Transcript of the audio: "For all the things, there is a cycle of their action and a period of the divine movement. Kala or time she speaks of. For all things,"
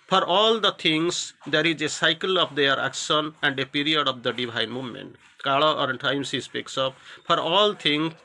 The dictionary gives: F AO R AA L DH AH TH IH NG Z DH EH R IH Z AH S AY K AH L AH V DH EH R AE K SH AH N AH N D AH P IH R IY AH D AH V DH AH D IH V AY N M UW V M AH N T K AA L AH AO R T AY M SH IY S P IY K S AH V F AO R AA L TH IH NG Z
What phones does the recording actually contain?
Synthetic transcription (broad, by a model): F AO R AA L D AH T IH NG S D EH R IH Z AH S AY K AH L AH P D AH R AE K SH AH N AH N D AH P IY R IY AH D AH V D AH D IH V AY N M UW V M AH N T K AA L AH AO R T AY M S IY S P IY K S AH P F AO R AA L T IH NG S